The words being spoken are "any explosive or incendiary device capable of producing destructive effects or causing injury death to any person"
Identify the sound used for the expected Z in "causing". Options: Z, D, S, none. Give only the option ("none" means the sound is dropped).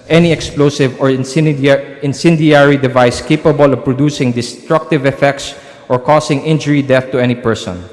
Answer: S